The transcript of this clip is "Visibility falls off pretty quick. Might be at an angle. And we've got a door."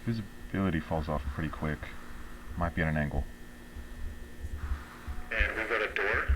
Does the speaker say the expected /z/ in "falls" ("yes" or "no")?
yes